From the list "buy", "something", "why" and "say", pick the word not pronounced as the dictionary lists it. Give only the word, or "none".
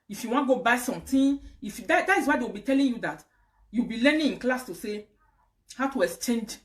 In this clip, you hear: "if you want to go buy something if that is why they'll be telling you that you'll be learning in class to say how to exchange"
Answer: something